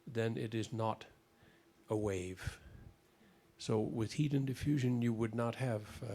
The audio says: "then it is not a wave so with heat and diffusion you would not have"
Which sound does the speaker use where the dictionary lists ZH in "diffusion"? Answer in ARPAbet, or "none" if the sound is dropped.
ZH